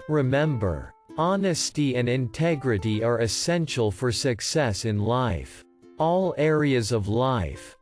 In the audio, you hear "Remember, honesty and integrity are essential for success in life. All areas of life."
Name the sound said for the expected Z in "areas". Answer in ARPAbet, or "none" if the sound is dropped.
Z